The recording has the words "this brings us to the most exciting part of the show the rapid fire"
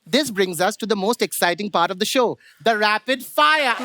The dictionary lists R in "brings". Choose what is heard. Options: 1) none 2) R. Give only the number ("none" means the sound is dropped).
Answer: 2